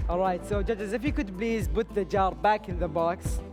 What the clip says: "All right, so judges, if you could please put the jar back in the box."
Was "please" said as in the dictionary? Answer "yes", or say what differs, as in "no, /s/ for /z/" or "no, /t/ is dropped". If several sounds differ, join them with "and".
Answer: no, /b/ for /p/